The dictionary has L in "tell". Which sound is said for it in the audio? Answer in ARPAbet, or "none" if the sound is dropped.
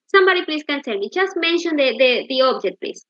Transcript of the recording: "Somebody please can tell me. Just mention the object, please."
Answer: N